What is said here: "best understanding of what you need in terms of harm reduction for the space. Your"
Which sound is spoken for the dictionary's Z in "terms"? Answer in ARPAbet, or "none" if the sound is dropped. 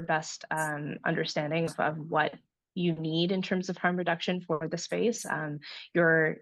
Z